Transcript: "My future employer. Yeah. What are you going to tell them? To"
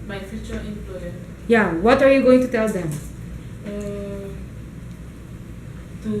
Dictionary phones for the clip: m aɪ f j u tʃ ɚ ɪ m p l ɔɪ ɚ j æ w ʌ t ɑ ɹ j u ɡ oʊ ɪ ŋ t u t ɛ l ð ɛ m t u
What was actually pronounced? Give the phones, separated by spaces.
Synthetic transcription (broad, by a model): m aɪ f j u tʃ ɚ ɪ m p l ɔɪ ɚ j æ w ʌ t ɑ ɹ j u ɡ oʊ ɪ ŋ t u t ɛ l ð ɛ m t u